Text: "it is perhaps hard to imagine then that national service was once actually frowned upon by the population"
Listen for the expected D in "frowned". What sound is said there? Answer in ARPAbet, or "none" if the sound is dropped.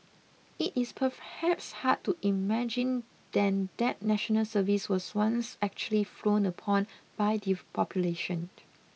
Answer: none